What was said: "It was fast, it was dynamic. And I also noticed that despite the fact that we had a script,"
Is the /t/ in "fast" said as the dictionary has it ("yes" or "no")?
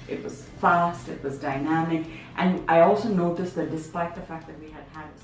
yes